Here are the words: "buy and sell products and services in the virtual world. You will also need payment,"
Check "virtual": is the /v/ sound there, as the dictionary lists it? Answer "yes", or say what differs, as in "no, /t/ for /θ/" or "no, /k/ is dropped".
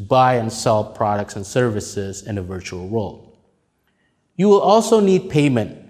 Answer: yes